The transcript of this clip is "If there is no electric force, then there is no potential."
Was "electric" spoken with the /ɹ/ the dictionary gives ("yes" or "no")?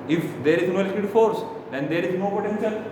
no